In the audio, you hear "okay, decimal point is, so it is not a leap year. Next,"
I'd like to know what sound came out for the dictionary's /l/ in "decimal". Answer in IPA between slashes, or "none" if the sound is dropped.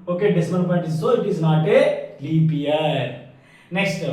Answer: /n/